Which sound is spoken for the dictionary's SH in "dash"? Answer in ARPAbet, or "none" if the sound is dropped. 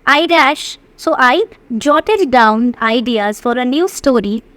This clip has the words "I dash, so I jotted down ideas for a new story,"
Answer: SH